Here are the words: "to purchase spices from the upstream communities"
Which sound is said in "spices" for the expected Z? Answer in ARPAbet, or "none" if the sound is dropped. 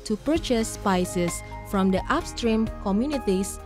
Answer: S